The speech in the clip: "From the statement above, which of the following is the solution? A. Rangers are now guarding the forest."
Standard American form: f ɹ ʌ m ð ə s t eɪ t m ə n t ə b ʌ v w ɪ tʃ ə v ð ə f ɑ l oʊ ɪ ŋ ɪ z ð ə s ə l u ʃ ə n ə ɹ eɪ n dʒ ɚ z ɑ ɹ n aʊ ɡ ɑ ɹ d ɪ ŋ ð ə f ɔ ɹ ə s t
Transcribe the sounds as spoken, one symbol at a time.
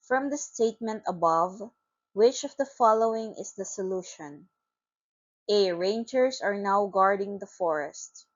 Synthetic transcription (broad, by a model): f ɹ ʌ m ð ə s t eɪ t m ə n t ə b ʌ v w ɪ tʃ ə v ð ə f ɑ l oʊ ɪ ŋ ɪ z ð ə s ə l u ʃ ə n ə ɹ eɪ n dʒ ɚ s ɑ ɹ n aʊ ɡ ɑ ɹ d ɪ ŋ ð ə f ɔ ɹ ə s t